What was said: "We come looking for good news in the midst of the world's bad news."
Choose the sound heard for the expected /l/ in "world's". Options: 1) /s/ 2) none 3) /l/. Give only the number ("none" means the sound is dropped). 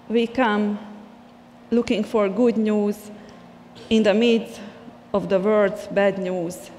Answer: 2